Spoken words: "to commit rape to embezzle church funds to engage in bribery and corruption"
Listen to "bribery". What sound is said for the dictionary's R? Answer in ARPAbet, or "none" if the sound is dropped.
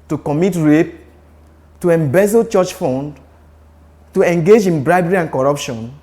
R